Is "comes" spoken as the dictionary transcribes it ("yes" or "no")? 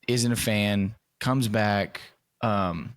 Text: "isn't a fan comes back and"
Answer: yes